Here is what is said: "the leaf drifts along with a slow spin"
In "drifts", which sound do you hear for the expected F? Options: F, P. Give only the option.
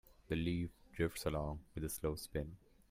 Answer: F